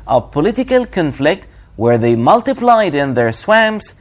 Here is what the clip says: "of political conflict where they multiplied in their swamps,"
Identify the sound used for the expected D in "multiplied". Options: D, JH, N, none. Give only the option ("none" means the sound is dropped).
D